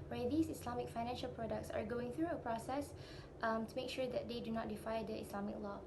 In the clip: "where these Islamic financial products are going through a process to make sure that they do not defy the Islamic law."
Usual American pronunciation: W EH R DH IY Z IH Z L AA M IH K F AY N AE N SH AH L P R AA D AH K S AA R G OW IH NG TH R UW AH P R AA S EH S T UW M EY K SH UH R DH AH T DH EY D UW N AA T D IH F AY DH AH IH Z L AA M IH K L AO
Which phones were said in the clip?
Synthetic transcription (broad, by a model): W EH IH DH IY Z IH S L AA M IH K F AY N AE N SH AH L P R AA D AH K S AA R G OW IH NG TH R UW AH P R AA S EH S T UW M EY K SH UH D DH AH T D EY D UW N AA T D IH F AY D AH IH S L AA M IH K L AO